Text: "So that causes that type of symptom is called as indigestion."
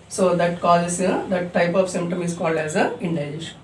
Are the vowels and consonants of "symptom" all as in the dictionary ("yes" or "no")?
yes